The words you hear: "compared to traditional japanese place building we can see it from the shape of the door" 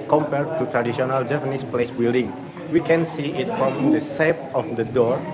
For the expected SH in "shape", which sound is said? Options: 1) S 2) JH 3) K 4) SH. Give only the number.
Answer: 1